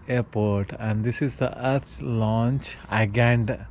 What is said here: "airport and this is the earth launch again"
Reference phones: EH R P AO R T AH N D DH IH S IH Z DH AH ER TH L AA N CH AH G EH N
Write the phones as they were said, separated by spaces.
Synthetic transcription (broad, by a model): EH R P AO R T AH N D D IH S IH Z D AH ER S L AA N CH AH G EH N